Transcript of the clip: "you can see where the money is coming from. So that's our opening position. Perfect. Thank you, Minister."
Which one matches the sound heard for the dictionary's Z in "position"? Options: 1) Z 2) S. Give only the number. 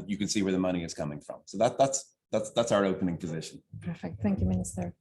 1